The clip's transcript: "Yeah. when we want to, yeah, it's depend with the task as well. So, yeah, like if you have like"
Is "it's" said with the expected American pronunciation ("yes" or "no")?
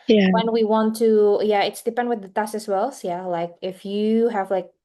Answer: yes